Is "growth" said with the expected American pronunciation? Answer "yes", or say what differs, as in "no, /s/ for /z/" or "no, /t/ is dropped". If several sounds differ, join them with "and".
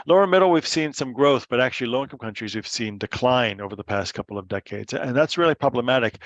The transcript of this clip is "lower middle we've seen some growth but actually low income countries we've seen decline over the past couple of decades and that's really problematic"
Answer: yes